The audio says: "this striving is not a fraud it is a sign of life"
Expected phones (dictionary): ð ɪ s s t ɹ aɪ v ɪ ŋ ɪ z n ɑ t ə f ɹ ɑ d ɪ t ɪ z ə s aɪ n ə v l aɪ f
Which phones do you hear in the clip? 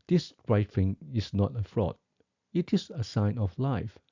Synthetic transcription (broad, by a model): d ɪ s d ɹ aɪ f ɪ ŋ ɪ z n ɑ t ə f ɹ ɑ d ɪ t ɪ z ə s aɪ n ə f l aɪ f